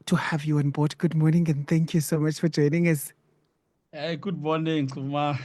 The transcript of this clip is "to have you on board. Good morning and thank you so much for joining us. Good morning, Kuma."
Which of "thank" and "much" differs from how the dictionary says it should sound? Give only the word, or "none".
none